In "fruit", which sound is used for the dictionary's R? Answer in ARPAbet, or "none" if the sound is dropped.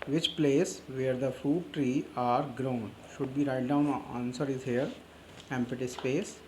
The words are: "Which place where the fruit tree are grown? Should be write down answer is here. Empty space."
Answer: none